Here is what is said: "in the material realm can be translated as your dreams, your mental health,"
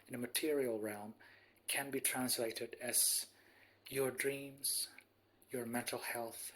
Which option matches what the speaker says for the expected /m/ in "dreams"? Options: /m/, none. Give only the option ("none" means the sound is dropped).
/m/